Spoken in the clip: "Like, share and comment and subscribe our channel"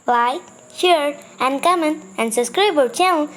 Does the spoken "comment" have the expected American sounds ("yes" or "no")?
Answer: no